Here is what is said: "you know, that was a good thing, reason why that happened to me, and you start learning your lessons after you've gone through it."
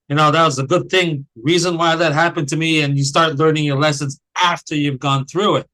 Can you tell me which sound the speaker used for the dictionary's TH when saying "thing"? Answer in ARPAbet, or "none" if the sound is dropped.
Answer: TH